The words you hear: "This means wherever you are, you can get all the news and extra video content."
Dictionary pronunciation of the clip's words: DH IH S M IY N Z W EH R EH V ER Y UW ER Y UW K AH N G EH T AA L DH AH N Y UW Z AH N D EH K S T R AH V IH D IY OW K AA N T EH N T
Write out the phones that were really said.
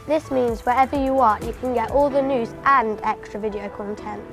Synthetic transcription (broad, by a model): DH IH S M IY N Z W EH R EH V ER Y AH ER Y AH K AH N G EH T AA L DH AH N Y UW Z AH N D EH K S T R AH V IH D IY OW K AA N T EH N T